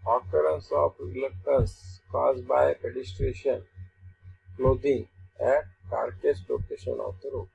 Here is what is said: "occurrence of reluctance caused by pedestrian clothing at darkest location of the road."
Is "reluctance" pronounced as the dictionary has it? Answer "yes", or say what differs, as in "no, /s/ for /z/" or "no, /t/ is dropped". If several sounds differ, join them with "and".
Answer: no, /n/ is dropped